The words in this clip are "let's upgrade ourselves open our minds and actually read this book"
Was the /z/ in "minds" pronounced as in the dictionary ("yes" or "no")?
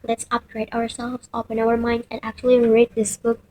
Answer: no